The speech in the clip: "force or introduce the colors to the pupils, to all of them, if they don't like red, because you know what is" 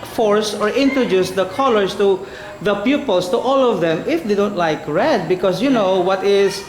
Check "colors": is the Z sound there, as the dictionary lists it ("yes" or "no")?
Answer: no